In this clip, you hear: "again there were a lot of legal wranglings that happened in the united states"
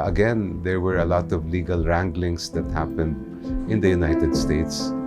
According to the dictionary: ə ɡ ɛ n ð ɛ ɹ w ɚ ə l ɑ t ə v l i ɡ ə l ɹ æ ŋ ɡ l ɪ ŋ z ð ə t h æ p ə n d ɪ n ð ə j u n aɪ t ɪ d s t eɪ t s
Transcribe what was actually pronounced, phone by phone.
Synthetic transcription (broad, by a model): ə ɡ ɛ n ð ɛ ɹ w ɚ ə l ɑ t ə v l i ɡ ə l ɹ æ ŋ ɡ l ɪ ŋ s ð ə t h æ p ə n d ɪ n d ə j u n aɪ t ɪ d s t eɪ t s